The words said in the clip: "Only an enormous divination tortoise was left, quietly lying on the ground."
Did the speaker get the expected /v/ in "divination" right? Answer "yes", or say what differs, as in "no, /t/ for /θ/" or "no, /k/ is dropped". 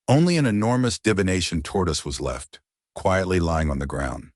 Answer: yes